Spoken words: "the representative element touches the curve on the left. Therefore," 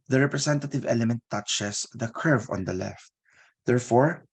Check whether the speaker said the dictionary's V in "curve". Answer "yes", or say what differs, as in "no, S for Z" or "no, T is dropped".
yes